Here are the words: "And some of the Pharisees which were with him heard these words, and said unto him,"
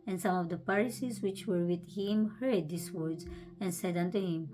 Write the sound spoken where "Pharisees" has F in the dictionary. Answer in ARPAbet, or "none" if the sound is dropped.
P